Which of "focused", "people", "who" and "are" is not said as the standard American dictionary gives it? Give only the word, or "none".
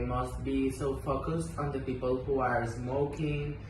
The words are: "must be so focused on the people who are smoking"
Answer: none